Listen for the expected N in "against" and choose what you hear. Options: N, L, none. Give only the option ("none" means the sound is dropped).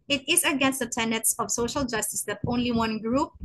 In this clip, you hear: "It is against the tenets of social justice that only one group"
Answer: N